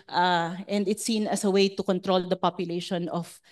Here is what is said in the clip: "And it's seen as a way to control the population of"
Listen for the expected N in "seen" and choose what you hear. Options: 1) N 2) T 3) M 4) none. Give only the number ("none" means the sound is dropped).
1